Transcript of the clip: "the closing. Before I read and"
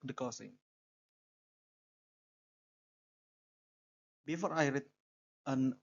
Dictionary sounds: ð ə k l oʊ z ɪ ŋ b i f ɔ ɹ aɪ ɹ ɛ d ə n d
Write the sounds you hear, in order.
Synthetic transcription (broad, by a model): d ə k oʊ s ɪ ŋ b i f ɔ ɹ aɪ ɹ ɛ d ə n